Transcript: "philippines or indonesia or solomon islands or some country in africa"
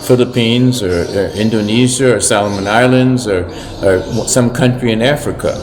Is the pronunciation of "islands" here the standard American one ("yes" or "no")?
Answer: yes